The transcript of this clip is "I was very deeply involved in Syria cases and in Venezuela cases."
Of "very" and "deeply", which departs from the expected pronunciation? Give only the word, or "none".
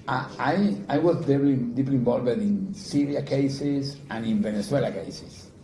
very